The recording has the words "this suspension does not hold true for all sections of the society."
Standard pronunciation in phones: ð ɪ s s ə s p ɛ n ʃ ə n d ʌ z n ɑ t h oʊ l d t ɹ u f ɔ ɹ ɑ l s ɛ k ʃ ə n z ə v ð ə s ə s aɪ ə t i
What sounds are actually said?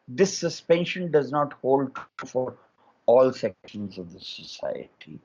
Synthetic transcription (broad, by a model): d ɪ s s ə s p ɛ n ʃ ə n d ʌ z n ɑ t h oʊ l d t u f ɔ ɹ ɑ l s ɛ k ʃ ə n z ə v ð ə s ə s aɪ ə t i